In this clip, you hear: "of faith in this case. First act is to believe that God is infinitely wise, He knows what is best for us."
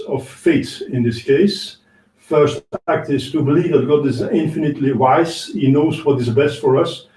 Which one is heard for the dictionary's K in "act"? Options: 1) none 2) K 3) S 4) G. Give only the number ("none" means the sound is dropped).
2